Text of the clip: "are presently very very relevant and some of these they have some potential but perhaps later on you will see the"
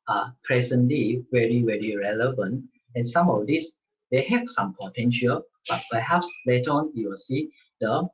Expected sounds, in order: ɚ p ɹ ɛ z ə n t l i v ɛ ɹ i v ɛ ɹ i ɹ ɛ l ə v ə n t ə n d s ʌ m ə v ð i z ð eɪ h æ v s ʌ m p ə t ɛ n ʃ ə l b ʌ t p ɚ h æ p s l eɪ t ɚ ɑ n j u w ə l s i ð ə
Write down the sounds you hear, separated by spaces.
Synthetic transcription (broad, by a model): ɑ p ɹ ɛ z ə n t l i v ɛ ɹ i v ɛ ɹ i ɹ ɛ l ə v ə n t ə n s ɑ m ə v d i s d eɪ h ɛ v s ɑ m p ə t ɛ n ʃ ə l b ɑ t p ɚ h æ p s l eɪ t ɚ ɑ n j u w ə l s i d ə